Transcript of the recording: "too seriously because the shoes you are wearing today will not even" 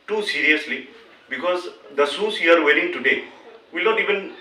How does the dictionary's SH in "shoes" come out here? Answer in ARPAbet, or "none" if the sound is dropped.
S